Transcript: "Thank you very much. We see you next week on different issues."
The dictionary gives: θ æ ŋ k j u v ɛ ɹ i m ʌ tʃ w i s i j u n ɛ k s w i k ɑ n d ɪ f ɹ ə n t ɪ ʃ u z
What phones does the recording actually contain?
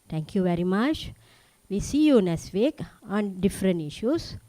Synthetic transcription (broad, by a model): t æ ŋ k j u v ɛ ɹ i m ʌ tʃ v i s i j u n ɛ s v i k ɑ n d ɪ f ɹ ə n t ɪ ʃ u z